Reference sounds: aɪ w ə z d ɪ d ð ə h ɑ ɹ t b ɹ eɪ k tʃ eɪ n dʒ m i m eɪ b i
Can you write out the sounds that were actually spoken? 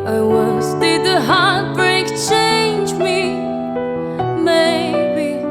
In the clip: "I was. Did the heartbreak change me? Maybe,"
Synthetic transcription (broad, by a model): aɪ w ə s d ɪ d ð ə h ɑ ɹ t b ɹ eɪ k tʃ eɪ n dʒ m i m eɪ b i